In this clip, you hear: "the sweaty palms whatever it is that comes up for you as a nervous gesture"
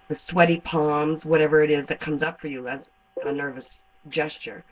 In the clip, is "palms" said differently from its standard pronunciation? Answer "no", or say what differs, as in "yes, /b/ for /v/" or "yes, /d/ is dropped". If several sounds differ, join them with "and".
no